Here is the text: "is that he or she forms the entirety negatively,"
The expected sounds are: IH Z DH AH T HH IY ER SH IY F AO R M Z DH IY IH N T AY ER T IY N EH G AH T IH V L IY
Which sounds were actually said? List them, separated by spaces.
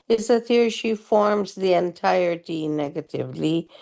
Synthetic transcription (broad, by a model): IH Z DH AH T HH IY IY SH IY F AO R M Z DH IY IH N T AY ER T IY N EH G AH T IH V L IY